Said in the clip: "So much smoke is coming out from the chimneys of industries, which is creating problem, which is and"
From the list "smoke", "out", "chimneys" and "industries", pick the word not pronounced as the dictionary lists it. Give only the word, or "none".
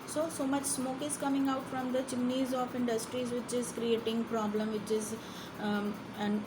chimneys